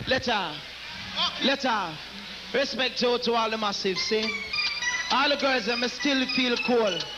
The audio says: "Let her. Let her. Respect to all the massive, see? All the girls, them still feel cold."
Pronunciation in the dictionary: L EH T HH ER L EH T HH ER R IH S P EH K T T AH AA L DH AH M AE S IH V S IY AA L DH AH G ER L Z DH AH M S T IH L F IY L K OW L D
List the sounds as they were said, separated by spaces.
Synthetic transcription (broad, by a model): L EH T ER L EH T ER R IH S P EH K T T AH AA L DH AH M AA S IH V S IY AA L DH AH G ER Z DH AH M S T IH L F IY L K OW L